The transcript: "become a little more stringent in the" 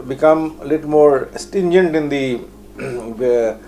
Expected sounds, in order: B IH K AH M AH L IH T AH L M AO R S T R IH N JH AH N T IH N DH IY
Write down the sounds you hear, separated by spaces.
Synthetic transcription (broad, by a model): B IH K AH M AH L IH T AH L M AO R S T IH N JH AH N T IH N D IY